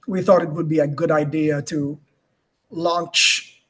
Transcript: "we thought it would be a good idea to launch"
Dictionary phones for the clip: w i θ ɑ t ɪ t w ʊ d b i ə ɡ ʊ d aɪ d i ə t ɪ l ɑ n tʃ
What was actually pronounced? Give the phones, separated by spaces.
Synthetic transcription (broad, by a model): w i θ ɑ t ɪ t w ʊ d b i ə ɡ ʊ d aɪ d i ə t ɪ l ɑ n tʃ